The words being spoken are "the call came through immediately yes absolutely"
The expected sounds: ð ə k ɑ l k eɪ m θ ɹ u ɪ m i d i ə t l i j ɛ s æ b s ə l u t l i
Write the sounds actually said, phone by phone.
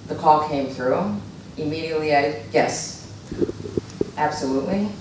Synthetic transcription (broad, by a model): ð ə k ɑ l k eɪ m θ ɹ u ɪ m i d i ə t l i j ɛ s æ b s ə l u t l i